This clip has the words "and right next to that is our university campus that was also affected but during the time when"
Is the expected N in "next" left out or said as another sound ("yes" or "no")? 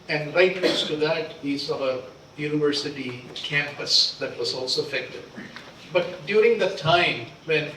yes